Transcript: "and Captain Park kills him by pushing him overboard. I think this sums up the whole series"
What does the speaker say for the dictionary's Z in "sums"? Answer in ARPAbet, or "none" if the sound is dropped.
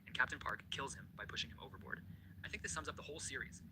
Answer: Z